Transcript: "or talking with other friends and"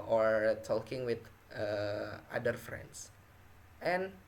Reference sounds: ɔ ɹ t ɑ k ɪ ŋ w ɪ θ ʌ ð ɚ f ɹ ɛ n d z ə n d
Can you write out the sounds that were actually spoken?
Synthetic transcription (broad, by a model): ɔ ɹ t ɑ k ɪ ŋ w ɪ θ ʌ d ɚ f ɹ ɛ n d s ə n